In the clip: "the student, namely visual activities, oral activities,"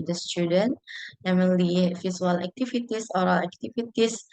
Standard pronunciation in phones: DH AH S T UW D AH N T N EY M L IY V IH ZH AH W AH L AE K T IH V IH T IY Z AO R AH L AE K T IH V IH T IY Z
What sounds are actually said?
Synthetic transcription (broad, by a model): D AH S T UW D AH N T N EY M IY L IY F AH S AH L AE K T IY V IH T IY S AO R AH L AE K T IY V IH T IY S